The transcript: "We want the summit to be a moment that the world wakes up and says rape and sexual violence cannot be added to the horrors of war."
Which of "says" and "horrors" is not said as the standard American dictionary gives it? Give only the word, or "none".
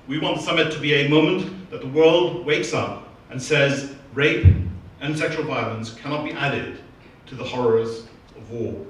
none